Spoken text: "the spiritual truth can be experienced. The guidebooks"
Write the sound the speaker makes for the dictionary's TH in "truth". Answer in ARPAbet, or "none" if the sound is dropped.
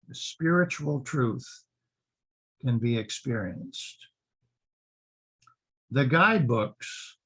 TH